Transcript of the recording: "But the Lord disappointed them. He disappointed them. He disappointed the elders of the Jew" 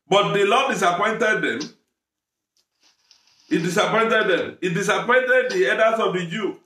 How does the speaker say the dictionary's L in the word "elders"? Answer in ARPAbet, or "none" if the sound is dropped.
none